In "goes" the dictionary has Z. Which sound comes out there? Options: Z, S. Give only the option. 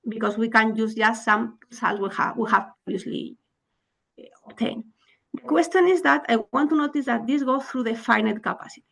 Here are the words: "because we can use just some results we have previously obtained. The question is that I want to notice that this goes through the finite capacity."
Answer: S